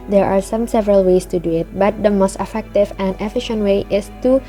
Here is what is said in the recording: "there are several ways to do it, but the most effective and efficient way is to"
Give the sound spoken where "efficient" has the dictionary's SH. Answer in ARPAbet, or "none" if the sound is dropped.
SH